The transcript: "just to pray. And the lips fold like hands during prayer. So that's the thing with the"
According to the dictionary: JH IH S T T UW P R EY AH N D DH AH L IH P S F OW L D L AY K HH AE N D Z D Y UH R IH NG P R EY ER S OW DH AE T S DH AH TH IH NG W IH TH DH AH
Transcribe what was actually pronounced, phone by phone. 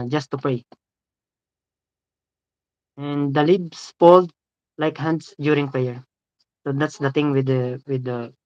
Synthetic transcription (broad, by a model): JH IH S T T UW P R EY AH N D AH L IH B S P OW L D L AY K HH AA N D S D Y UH R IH NG P R EY ER S OW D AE T S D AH T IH NG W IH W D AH